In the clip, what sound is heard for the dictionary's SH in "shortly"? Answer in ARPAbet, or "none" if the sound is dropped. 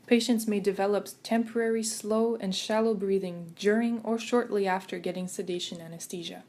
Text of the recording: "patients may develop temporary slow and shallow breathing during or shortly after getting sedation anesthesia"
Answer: SH